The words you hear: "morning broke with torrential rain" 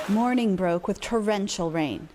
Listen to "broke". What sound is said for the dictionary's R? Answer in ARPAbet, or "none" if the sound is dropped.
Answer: R